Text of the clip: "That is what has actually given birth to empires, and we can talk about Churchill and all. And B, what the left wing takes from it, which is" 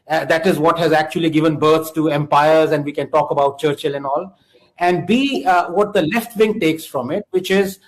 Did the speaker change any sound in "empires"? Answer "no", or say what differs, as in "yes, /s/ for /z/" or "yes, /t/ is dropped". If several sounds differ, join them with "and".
no